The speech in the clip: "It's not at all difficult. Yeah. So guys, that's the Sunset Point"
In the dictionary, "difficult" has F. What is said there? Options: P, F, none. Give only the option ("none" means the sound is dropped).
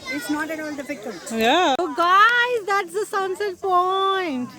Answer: P